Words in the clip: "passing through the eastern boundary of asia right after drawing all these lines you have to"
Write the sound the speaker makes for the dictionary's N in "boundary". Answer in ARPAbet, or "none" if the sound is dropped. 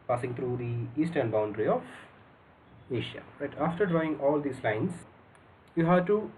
N